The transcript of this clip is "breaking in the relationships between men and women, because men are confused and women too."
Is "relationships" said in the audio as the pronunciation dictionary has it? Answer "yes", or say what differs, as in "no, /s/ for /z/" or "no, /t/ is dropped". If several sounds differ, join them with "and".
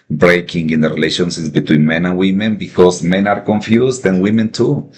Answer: no, /s/ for /ʃ/ and /p/ is dropped